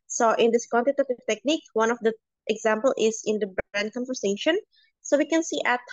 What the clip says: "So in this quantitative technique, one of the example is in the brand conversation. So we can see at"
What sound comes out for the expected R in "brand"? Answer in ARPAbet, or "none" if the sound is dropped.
none